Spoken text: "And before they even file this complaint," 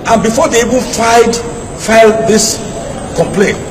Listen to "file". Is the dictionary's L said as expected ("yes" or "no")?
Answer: yes